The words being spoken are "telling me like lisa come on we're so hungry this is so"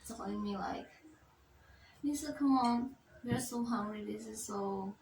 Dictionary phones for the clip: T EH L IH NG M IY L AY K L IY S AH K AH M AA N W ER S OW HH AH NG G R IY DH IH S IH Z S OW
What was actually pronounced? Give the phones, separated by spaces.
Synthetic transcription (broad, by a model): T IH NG M IY L AY K N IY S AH K AH M AA N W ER S OW HH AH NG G R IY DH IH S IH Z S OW